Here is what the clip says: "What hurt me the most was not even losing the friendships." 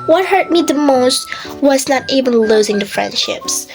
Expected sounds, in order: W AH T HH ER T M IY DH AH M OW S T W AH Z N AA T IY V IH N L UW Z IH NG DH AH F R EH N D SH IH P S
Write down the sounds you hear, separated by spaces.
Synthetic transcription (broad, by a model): W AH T HH ER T M IY DH AH M OW S T W AH Z N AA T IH B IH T L UW Z IH NG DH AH F R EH N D SH IH P S